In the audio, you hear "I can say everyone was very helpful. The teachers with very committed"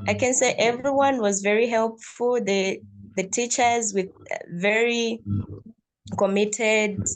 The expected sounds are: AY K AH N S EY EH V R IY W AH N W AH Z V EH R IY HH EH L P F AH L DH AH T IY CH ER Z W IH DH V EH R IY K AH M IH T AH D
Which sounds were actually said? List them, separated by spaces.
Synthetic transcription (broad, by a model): AY K AH N S EY EH V R IY W AH N W AH Z V EH R IY HH EH L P F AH L DH AH T IY CH ER Z W IH DH V EH R IY K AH M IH T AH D